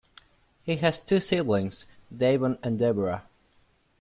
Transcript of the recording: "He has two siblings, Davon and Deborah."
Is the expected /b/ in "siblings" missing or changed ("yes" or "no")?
yes